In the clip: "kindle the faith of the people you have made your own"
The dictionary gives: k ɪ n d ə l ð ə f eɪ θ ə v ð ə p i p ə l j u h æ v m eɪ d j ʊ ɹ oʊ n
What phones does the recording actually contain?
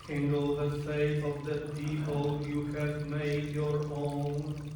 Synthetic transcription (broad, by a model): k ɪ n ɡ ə l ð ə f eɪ f ə v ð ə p i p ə l j u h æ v m eɪ d j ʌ ɹ oʊ n